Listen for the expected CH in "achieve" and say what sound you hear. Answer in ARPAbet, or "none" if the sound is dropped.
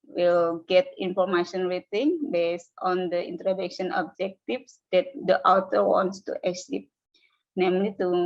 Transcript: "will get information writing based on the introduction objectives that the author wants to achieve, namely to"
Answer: S